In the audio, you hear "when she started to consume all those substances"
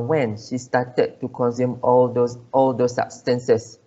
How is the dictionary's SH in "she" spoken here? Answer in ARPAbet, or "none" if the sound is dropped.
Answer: SH